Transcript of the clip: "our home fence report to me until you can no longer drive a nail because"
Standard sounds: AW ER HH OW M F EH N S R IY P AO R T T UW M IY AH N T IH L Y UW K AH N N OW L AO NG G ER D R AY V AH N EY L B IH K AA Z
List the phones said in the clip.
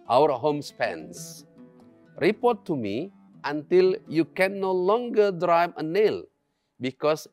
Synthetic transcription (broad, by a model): AW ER HH OW M P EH N S R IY P AO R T T UW M IY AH N T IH L Y UW K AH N N OW L AO NG G ER D R AY V AH N EY L B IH K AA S